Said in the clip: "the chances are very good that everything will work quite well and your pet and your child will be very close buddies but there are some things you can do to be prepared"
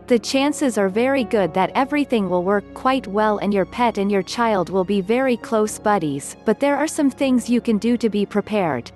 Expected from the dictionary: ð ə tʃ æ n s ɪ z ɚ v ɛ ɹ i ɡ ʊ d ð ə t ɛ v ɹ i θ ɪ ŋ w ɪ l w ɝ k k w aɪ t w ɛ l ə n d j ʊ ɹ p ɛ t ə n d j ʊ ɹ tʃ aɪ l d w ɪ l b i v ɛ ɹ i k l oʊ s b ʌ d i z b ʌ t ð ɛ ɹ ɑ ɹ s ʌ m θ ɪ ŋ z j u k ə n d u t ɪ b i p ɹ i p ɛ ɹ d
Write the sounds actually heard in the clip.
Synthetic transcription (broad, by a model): ð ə tʃ æ n s ɪ z ɚ v ɛ ɹ i ɡ ʊ d ð ə t ɛ v ɹ i θ ɪ ŋ w ɪ l w ɝ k k w aɪ t w ɛ l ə n j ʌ ɹ p ɛ t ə n j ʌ ɹ tʃ aɪ l d w ɪ l b i v ɛ ɹ i k l oʊ s b ʌ d i z b ʌ t ð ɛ ɹ ɑ ɹ s ʌ m θ ɪ ŋ z j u k ə n d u t ɪ b i p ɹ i p ɛ ɹ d